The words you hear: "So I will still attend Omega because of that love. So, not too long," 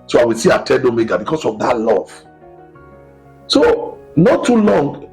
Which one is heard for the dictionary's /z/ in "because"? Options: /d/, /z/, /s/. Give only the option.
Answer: /s/